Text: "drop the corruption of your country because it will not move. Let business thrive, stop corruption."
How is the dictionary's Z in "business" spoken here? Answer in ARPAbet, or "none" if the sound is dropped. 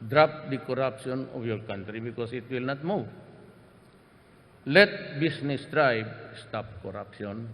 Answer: S